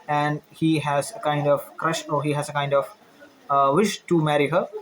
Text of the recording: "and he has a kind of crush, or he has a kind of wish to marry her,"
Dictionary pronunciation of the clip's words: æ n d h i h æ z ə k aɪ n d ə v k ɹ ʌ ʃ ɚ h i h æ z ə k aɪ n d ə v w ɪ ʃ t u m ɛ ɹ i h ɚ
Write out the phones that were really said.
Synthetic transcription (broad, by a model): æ n d h i h æ z ə k aɪ n d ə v k ɹ ʌ ʃ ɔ h i h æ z ə k aɪ n d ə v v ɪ ʃ t u m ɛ ɹ i h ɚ